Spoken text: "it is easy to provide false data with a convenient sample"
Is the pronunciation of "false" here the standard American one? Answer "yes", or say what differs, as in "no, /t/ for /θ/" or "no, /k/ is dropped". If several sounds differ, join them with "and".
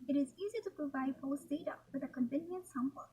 no, /p/ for /f/ and /l/ is dropped